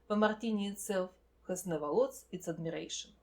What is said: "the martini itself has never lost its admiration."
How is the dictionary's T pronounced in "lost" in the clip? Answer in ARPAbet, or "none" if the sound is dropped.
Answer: none